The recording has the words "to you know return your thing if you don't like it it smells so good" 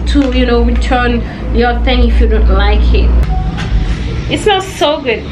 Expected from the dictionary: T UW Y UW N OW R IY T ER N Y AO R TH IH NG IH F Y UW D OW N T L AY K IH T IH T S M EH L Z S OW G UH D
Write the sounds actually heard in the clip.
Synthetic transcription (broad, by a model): T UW Y UW N OW W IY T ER N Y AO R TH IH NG IH F Y UW D OW N T L AY K IH T IH T S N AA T S OW G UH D